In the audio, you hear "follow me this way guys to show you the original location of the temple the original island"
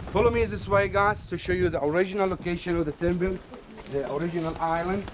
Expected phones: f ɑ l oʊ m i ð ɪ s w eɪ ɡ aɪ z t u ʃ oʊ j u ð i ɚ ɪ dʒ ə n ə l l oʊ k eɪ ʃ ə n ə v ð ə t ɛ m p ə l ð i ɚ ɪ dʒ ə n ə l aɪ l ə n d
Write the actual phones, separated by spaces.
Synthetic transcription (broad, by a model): f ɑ l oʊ m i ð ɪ s w eɪ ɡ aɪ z t u ʃ oʊ j u ð i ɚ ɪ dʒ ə n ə l l oʊ k eɪ ʃ ə n ə v ð ə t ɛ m b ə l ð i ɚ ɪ dʒ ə n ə l aɪ l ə n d